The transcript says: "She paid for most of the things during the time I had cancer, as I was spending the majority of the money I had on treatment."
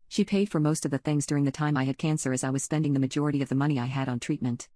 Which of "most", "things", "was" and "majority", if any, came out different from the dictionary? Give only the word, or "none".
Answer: none